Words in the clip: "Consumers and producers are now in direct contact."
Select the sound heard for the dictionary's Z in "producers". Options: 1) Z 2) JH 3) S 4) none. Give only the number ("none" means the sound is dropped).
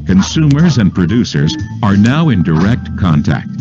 1